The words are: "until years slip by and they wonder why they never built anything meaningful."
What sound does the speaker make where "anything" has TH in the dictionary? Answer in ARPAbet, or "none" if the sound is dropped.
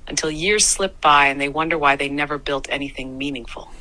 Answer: TH